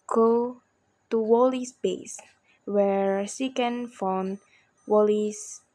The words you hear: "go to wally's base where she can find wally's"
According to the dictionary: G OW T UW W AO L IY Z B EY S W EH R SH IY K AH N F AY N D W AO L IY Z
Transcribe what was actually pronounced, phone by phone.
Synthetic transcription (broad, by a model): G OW T UW W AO L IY S B EY S W EH R S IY K AH N F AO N W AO L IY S